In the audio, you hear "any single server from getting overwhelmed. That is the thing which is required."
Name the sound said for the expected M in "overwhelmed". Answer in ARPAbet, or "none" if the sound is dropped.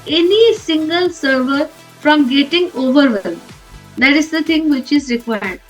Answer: none